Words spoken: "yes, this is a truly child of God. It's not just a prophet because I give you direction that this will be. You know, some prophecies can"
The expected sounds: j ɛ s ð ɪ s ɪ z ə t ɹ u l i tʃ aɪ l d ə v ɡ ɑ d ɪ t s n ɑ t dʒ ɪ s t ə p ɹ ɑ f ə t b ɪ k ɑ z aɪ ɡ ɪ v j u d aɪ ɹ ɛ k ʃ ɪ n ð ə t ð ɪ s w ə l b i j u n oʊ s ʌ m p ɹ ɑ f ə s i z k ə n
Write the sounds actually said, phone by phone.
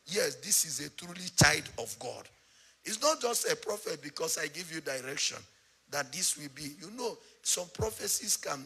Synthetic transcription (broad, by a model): j ɛ s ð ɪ s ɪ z ə t ɹ u l i tʃ aɪ d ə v ɡ ɑ d ɪ t s n ɑ t dʒ ɪ s t ə p ɹ ɑ f ə t b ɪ k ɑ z aɪ ɡ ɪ v j u d aɪ ɹ ɛ k ʃ ɪ n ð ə t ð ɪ s w ə l b i j u n oʊ s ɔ m p ɹ ɑ f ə s i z k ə n